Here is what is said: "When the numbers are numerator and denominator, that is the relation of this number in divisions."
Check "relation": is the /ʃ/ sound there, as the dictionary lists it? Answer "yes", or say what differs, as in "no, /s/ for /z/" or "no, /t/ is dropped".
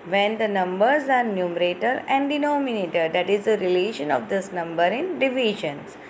yes